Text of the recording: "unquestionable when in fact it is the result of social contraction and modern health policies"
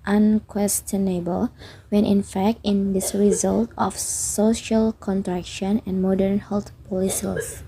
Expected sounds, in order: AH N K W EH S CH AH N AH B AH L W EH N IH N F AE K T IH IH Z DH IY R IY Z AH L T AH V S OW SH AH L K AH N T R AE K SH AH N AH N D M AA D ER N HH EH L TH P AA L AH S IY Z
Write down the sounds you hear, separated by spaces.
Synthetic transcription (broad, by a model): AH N K W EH S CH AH N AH B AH L W EH N IH N F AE K T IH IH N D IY R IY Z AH L T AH F S OW SH AH L K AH N T R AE K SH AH N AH N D M AA D ER N HH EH L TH P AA L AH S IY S